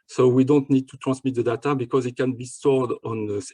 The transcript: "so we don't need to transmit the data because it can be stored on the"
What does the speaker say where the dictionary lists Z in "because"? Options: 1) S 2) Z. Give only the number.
2